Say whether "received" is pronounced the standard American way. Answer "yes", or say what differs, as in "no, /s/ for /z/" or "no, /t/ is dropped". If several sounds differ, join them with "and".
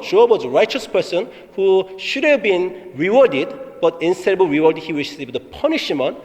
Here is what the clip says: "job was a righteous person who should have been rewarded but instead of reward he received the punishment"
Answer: no, /w/ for /ɹ/ and /ʃ/ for /s/